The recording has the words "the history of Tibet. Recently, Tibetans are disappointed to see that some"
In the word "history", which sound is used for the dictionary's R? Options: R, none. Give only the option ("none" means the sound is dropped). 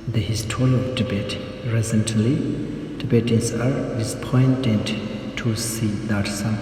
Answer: none